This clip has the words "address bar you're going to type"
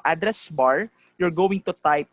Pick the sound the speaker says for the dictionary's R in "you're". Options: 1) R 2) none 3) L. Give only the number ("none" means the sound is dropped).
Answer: 1